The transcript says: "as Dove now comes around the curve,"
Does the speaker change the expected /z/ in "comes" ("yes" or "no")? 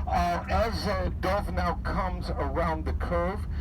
no